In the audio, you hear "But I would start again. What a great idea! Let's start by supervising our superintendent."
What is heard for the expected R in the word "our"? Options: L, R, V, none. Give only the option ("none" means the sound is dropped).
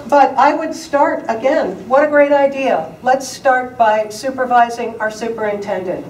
R